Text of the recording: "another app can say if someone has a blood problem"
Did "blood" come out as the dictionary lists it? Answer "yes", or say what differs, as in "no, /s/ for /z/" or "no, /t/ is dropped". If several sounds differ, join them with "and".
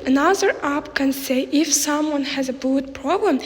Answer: no, /l/ is dropped